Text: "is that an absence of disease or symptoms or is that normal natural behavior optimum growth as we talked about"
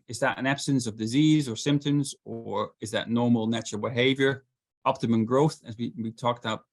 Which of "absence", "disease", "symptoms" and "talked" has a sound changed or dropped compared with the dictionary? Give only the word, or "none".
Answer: none